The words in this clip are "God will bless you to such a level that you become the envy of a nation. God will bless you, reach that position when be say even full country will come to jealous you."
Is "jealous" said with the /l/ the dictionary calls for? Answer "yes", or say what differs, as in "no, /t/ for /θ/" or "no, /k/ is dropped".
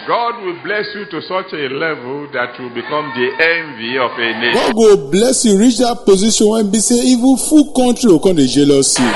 yes